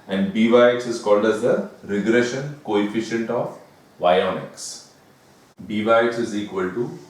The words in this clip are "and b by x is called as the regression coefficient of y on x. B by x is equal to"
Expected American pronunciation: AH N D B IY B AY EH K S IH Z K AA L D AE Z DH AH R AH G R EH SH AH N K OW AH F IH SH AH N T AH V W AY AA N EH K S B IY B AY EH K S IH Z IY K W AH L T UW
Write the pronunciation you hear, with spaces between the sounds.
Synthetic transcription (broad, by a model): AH N D B IY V AY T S IH Z K AA L D AE Z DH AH R AH G R EH SH AH N K OW AH F IH SH AH N T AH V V AY AA N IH K S B IY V AY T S IH Z IY K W AH L T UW